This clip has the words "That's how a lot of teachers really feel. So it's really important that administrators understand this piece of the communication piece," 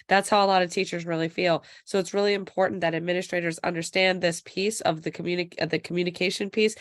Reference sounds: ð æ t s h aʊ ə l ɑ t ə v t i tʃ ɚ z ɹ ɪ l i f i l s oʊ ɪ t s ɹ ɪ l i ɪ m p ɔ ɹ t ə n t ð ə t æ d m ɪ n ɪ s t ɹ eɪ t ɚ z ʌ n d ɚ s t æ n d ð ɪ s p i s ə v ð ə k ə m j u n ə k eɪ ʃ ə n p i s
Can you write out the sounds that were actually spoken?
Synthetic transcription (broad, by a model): ð æ t s h aʊ ə l ɑ t ə v t i tʃ ɚ z ɹ ɪ l i f i l s oʊ ɪ t s ɹ ɪ l i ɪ m p ɔ ɹ t n ð ə t æ d m ɪ n ɪ s t ɹ eɪ t ɚ z ʌ n d ɚ s t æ n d ð ɪ s p i s ə v ð ə k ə m j u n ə k eɪ ʃ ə n p i s